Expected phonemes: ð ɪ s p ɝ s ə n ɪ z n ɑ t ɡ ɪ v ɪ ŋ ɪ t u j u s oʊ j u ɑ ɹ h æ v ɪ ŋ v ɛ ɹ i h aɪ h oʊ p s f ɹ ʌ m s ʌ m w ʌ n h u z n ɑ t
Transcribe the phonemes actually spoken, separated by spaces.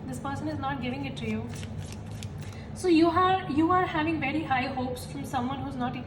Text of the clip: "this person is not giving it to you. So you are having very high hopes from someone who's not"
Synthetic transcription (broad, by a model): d ɪ s p ɝ s ə n ɪ z n ɑ t ɡ ɪ v ɪ ŋ ɪ t u j u s oʊ j u ɑ ɹ h æ v ɪ ŋ v ɛ ɹ i h aɪ h oʊ p s f ɹ ʌ m s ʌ m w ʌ n h u z n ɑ t